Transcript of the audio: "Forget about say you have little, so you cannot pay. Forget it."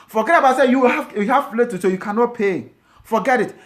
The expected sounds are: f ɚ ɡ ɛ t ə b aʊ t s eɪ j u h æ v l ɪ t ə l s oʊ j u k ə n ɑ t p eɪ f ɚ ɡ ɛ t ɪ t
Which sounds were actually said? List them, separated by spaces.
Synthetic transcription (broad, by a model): f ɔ ɡ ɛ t ə b aʊ t s eɪ j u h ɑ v l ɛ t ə s oʊ j u k ə n ɑ t p eɪ f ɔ ɡ ɛ t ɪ t